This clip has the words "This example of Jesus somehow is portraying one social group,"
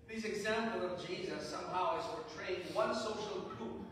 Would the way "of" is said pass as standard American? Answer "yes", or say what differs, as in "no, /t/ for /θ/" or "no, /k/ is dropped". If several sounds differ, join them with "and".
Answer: yes